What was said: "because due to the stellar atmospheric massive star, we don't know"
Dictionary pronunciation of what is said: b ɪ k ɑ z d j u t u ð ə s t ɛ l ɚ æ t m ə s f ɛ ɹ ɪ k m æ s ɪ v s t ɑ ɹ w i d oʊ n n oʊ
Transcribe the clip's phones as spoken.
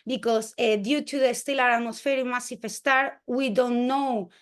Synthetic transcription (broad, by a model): b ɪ k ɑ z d j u t u ð ə s t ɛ l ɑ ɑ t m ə s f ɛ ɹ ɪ m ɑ s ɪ f s t ɑ ɹ w i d oʊ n n oʊ